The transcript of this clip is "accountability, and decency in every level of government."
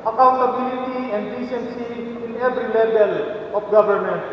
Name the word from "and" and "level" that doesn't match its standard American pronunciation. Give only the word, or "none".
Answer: level